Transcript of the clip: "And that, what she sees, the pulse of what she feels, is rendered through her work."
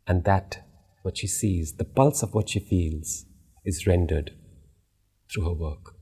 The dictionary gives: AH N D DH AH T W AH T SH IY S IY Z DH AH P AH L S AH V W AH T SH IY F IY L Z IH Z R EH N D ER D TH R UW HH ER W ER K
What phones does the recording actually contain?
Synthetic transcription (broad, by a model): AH N DH AH T W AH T SH IY S IY Z DH AH P AH L S AH V W AH T SH IY F IY L Z IH Z R EH N D ER D TH R UW HH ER W ER K